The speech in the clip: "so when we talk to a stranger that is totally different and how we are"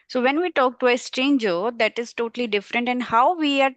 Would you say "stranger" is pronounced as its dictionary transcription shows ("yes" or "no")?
no